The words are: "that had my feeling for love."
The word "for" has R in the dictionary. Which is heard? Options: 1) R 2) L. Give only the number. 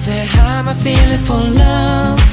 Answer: 2